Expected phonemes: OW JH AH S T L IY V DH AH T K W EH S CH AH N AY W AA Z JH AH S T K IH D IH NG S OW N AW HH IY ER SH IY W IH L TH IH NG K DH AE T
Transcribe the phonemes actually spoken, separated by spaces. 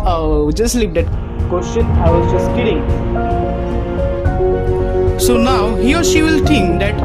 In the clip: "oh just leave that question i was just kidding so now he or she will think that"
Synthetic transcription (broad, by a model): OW JH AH S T L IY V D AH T K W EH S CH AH N AY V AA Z JH AH S T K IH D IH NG S OW N AW HH IY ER SH IY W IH L T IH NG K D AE T